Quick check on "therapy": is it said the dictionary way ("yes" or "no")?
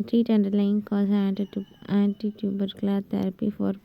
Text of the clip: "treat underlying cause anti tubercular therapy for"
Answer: no